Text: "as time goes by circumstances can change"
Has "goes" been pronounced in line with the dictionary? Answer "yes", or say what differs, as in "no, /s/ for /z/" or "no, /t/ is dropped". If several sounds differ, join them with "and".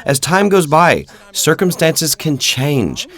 yes